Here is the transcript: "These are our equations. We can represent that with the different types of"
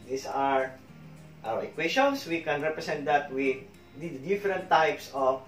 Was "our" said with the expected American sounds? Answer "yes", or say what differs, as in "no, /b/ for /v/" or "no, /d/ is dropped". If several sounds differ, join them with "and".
no, /w/ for /ɹ/